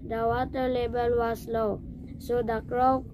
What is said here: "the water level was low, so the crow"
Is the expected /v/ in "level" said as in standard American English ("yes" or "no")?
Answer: no